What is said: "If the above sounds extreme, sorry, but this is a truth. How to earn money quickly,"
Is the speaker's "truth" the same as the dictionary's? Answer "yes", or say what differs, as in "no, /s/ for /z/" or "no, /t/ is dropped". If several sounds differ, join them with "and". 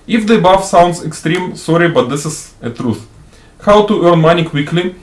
yes